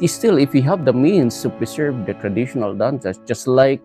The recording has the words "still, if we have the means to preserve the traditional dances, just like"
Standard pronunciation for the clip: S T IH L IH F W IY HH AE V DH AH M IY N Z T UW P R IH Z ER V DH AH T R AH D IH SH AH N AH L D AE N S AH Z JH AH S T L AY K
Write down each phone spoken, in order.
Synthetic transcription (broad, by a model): S T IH L IH F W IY HH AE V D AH M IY N S T UW P R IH S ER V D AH T R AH D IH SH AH N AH L D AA N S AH S JH AH S T L AY K